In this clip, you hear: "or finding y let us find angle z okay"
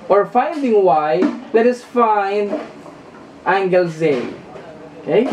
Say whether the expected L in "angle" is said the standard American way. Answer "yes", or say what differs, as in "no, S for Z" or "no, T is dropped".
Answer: yes